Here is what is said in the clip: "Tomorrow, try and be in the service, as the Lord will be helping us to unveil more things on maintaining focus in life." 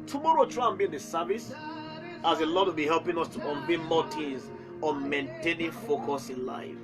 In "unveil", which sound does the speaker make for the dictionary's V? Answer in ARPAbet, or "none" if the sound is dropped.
B